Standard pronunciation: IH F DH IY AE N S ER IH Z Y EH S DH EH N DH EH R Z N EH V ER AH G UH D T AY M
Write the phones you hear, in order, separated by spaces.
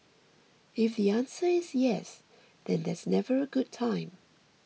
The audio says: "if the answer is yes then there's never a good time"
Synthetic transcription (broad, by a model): IH F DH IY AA N S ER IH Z Y EH S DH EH N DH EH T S N EH V ER AH G UH D T AY M